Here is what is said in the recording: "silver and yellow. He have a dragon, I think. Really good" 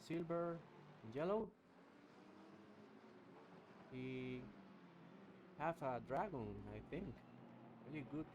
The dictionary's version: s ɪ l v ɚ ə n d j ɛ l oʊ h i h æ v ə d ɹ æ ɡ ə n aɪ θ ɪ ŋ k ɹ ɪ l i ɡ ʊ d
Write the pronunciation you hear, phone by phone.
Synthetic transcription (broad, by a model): s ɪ l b ɚ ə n j ɛ l oʊ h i h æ f ə d ɹ æ ɡ ə n aɪ θ ɪ ŋ k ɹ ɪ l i ɡ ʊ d